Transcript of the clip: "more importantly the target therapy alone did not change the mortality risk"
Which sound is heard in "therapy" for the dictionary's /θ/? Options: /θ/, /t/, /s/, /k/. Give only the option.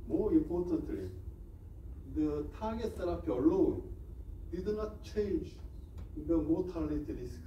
/s/